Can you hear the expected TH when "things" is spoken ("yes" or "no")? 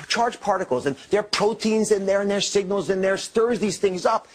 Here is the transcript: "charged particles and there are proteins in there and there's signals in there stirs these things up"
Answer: yes